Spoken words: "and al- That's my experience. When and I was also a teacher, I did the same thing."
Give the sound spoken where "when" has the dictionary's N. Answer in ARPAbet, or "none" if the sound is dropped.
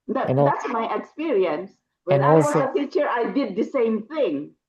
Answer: none